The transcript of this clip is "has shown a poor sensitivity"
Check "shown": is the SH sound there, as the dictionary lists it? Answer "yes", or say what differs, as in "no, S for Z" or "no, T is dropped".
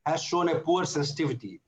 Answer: yes